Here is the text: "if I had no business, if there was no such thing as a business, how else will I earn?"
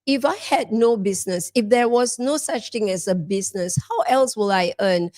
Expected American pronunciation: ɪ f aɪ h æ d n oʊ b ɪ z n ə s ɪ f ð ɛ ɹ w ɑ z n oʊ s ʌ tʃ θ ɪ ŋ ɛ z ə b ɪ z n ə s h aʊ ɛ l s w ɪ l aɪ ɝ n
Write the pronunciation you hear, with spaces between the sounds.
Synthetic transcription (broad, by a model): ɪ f aɪ h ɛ d n oʊ b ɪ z n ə s ɪ f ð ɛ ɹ w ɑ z n oʊ s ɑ tʃ t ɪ ŋ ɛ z ə b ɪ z n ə s h aʊ ɛ l s w ɪ l aɪ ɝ n